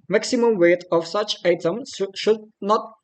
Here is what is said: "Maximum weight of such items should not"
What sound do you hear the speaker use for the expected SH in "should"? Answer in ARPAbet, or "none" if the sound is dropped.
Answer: SH